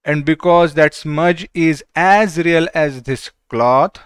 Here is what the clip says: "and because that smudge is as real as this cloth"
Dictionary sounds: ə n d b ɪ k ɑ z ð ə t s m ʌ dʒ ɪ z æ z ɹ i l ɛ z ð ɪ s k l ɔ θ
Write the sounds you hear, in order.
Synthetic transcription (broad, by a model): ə n d b ɪ k ɑ z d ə t s m ʌ dʒ ɪ z æ z ɹ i l ɛ z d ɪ s k l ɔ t